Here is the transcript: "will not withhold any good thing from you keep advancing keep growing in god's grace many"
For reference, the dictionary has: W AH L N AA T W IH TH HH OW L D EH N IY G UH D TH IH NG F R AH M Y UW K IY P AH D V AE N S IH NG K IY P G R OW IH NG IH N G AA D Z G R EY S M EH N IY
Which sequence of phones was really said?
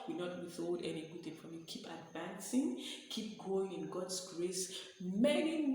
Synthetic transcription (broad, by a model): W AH N AA T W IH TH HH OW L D EH N IY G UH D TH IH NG F R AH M Y UW K IY P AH D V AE N S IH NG K IY P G OW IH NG IH N G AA D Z G R EY S M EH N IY